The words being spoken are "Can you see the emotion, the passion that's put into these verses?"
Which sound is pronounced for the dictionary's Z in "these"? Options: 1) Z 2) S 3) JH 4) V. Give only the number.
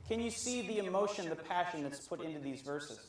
1